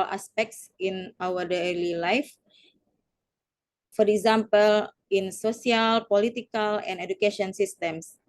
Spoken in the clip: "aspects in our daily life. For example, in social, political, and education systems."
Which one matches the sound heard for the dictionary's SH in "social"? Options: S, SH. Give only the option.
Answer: S